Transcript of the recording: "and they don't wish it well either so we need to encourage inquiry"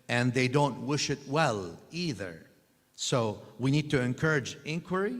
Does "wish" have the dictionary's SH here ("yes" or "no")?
yes